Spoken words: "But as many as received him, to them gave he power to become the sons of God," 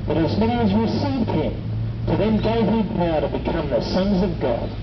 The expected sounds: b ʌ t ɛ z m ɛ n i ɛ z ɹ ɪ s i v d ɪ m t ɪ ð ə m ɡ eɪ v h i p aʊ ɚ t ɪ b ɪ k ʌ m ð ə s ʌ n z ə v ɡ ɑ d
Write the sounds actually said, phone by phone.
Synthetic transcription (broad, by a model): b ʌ t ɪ z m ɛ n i z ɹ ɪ s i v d ɪ m t ɪ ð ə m ɡ eɪ v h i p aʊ t ɪ b ɪ k ʌ m ð ə s ʌ n z ə v ɡ ɑ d